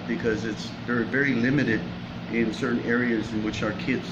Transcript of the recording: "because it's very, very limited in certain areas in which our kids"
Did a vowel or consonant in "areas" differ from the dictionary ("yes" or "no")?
no